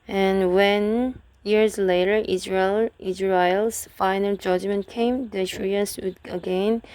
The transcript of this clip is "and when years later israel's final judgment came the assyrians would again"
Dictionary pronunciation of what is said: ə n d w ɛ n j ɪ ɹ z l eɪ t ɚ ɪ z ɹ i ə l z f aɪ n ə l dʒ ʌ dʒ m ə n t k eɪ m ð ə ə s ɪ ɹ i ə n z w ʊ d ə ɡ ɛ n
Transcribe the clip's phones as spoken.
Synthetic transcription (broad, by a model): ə n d w ɛ n j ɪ ɹ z l eɪ t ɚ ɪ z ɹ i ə l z f aɪ n ə l dʒ ʌ dʒ m ə n t k eɪ m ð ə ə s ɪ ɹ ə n s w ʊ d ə ɡ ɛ n